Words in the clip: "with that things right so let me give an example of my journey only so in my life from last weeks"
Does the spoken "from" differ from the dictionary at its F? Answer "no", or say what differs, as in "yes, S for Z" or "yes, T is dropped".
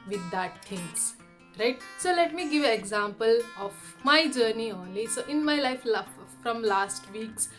no